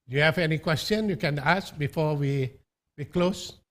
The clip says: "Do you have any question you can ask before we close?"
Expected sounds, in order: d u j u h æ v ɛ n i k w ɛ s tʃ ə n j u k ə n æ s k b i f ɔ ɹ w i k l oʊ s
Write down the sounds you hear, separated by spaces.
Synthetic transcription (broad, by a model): j u h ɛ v ɛ n i k w ɛ s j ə n j u k ə n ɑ s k b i f ɔ w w i k l oʊ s